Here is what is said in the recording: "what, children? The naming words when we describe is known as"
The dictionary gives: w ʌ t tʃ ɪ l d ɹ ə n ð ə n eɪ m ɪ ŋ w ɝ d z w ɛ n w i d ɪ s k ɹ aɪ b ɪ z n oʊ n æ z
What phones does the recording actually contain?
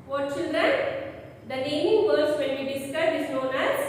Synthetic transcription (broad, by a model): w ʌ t tʃ ɪ l d ɹ ə n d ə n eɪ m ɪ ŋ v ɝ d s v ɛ n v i d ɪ s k aɪ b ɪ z n oʊ n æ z